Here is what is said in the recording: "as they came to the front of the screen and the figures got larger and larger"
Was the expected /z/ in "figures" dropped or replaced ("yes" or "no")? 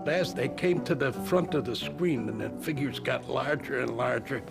no